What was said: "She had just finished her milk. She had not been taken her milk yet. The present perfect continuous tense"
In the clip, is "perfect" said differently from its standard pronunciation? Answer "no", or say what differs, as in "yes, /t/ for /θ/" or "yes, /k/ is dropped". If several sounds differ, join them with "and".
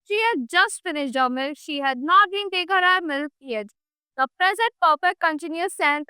yes, /p/ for /f/ and /k/ is dropped